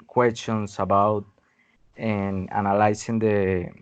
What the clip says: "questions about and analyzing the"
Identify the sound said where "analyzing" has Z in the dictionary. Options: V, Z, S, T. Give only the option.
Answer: S